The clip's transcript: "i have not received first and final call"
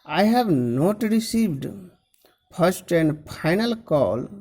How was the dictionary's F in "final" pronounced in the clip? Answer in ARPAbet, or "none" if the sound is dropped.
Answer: P